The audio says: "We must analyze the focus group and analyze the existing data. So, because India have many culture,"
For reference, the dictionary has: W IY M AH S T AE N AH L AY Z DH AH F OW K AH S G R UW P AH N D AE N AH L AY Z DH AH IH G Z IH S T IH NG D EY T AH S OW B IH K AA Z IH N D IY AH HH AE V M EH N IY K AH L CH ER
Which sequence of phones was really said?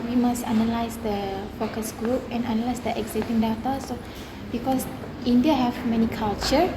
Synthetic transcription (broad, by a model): W IY M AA S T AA N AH L AY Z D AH F OW K AH S G R UW P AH N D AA N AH L AY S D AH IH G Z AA T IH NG D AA T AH S OW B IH K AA S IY N D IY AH HH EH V M EH N IY K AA L CH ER